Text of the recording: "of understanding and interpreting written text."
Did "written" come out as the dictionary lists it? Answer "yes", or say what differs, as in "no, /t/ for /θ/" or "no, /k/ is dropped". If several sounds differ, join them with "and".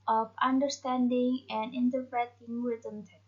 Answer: no, /w/ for /ɹ/